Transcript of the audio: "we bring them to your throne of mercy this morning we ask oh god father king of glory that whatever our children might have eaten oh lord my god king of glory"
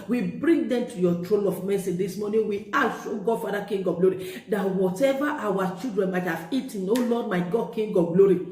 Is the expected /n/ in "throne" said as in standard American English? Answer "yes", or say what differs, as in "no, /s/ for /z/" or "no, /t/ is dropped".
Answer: no, /l/ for /n/